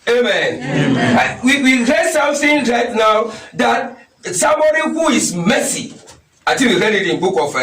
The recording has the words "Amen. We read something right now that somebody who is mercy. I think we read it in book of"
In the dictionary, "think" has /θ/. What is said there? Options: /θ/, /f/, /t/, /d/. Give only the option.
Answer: /t/